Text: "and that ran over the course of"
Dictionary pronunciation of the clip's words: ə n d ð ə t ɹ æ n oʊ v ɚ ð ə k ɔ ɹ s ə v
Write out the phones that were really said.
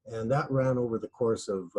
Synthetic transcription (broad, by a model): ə n ð ə t ɹ æ n oʊ v ɚ ð ə k ɔ ɹ s ə v